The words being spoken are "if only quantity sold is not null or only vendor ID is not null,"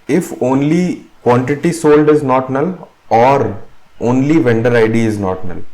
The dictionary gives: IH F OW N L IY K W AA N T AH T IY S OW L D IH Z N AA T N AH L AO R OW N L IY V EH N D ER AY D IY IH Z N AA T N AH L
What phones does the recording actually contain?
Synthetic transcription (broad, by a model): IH F OW N L IY K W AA N T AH T IY S OW L D IH Z N AA T N AH L AO R OW N L IY V EH N D ER AY D IY IH Z N AA T N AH L